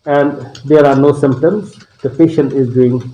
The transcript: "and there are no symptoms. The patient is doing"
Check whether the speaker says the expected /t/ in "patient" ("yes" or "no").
no